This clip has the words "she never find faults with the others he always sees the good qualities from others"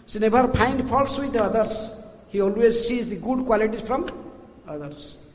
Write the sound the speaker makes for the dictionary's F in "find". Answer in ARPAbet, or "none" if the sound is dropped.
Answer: P